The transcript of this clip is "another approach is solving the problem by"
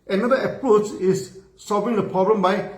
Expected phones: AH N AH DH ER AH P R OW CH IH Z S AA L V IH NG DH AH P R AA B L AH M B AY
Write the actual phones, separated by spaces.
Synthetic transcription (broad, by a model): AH N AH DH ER AH P R OW CH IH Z S AA L V IH NG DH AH P R AA B L AH M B AY